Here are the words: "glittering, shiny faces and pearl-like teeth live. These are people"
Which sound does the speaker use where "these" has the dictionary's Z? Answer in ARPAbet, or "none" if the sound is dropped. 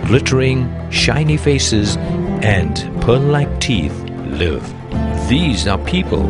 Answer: Z